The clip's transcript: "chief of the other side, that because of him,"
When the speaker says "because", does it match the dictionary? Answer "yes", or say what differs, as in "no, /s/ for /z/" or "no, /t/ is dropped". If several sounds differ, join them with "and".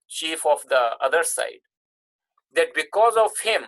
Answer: yes